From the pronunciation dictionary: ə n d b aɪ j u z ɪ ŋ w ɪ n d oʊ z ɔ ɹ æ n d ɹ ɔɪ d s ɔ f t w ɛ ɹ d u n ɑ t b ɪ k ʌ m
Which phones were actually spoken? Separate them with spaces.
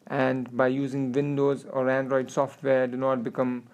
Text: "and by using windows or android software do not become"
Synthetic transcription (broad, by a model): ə n d b aɪ j u z ɪ ŋ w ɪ n d oʊ z ɔ ɹ æ n d ɹ ɔɪ d s ɔ f t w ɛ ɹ d u n ɑ t b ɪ k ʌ m